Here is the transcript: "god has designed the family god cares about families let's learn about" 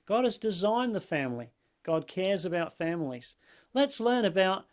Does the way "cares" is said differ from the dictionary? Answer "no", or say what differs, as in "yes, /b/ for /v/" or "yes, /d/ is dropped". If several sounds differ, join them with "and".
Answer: no